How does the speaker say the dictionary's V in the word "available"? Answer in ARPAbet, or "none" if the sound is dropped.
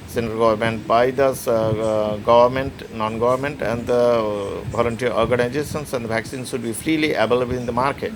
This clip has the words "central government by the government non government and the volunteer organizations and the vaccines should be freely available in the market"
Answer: B